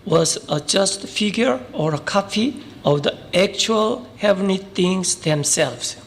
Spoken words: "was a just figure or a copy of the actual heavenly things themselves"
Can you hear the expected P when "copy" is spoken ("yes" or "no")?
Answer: no